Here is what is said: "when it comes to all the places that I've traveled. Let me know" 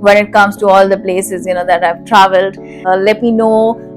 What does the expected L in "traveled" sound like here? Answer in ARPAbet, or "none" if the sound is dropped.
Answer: L